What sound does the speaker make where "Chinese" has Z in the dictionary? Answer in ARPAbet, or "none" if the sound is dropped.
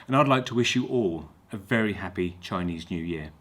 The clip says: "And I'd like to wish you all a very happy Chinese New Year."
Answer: Z